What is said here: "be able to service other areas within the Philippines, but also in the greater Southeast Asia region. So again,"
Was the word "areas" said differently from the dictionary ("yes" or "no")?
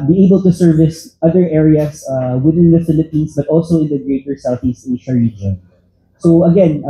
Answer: yes